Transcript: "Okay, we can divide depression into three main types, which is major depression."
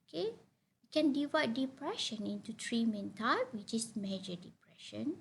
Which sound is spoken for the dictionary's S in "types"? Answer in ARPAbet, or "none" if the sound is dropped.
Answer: none